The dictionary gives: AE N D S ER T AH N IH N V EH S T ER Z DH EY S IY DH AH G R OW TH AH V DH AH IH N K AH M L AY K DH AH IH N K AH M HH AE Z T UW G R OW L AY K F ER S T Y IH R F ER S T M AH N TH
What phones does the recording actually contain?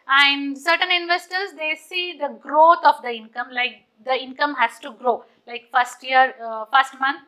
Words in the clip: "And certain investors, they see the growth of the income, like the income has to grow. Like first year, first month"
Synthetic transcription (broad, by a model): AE N D S ER T AH N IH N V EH S T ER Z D EY S IY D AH G R OW T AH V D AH IH N K AH M L AY K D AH IH N K AH M HH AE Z T UW G R OW L AY K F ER S T Y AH R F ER S T M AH N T